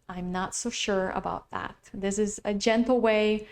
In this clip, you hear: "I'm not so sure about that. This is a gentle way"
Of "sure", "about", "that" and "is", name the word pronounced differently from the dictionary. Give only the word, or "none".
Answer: none